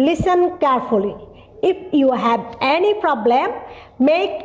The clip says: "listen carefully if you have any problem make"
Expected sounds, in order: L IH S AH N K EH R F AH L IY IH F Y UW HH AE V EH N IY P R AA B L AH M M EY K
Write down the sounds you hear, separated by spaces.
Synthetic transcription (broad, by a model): L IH S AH N K EH R F AH L IY IH F Y UW HH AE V EH N IY P R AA B L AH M M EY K